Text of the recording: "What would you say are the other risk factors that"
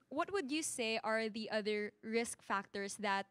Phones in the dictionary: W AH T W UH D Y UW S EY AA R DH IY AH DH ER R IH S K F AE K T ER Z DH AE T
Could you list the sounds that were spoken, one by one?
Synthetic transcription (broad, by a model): W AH T W UH D Y UW S EY AA R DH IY AH DH ER R IH S K F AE K T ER S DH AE T